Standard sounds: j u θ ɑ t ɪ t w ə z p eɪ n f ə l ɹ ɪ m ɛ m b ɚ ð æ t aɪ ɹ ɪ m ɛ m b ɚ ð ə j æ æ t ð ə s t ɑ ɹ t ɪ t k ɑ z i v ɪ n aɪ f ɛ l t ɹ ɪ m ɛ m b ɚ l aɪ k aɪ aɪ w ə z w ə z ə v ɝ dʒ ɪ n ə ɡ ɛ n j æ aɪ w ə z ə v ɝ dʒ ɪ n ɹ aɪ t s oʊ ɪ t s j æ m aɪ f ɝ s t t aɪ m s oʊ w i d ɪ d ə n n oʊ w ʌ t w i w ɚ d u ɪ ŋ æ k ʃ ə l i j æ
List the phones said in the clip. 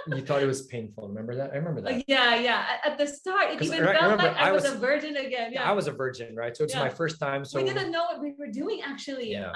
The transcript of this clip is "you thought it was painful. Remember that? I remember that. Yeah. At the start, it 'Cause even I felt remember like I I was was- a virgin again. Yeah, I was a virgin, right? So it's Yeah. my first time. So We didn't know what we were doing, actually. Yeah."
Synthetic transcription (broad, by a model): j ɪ θ ɑ t ɪ t w ə z p eɪ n f l ɹ ɪ m ɛ m b ɚ ð æ t aɪ ɹ ɪ m ɛ m b ɚ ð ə j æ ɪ t ð ə s t ɑ ɹ t ɪ t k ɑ i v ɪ aɪ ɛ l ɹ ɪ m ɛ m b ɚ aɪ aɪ aɪ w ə w ə z ə v ɝ dʒ ɪ n ə ɡ ɛ n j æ aɪ w ə z ə v ɝ dʒ ɪ n ɹ aɪ t s oʊ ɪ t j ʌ m aɪ f ɝ s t t aɪ m s oʊ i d ɪ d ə n n oʊ w ʌ t w i w ɚ d u ɪ ŋ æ k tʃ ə l i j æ